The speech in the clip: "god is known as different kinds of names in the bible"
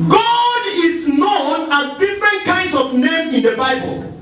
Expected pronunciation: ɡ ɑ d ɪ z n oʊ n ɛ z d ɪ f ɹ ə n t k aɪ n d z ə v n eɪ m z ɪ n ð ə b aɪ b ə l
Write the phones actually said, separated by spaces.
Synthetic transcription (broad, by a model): ɡ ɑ d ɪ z n oʊ n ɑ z d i f ɹ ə n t k aɪ n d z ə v n eɪ m ɪ n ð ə b aɪ b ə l